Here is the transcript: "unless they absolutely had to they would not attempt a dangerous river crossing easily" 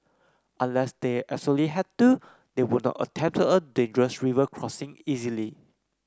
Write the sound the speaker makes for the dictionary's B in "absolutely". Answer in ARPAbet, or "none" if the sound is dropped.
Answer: none